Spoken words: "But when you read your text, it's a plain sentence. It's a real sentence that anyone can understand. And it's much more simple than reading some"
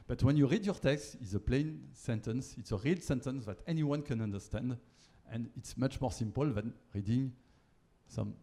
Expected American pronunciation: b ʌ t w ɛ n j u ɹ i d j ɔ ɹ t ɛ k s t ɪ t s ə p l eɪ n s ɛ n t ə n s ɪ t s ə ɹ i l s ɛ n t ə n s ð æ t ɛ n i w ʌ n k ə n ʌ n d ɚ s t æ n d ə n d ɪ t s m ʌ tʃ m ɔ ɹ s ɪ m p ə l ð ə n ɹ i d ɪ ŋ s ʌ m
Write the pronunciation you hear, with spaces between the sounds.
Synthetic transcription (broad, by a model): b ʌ t w ɛ n j u ɹ i d j ɔ ɹ t ɛ k s t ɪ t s ə p l eɪ n s ɛ n t ə n s ɪ t s ə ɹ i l s ɛ n t ə n s ð æ t ɛ n i w ʌ n k ə n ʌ n d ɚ s t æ n d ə n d ɪ t s m ʌ tʃ m ɔ ɹ s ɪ m p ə l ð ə n ɹ i d ɪ ŋ s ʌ m